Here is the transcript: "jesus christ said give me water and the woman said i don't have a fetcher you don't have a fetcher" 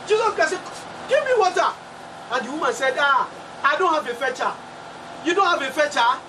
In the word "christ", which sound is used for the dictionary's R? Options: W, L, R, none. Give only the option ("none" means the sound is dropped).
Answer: none